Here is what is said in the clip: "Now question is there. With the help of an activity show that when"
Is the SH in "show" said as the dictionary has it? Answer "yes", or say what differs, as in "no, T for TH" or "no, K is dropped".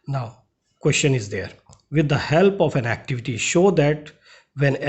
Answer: yes